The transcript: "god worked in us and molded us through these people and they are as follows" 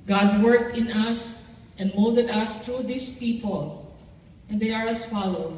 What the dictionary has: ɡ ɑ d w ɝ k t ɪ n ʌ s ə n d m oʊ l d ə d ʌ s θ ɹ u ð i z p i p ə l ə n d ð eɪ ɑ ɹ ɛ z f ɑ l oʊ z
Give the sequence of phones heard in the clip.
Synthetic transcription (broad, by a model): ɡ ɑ d w ɝ k t ɪ n ʌ s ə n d m oʊ l d ə d ʌ s t ɹ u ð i s p i p ə l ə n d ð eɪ ɑ ɹ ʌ s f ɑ l oʊ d